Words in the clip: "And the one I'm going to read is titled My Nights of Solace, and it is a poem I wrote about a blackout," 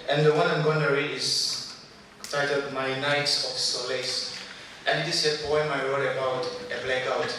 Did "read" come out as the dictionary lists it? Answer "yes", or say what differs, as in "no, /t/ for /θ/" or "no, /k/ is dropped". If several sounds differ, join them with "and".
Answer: no, /d/ is dropped